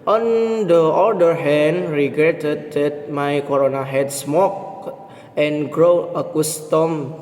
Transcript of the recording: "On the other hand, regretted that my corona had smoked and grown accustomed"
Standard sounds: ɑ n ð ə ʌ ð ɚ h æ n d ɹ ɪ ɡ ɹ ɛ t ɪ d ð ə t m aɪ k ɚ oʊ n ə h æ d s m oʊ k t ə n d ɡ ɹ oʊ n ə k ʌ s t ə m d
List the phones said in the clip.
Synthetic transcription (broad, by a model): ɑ n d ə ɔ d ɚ h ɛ n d ɹ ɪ ɡ ɹ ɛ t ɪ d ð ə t m aɪ k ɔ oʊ n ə h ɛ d s m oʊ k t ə n ɡ ɹ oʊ ə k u s t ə m